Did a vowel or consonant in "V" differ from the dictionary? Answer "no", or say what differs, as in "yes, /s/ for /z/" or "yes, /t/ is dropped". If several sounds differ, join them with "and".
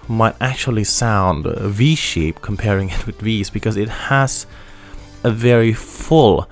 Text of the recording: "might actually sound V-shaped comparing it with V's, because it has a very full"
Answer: no